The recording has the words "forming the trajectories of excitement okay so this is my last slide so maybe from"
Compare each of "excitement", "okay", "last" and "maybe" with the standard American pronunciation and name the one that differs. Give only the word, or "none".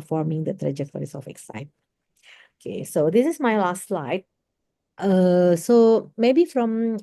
excitement